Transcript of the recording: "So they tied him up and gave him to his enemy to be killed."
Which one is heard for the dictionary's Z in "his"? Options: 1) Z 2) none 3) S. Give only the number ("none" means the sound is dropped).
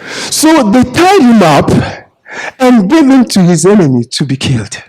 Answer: 1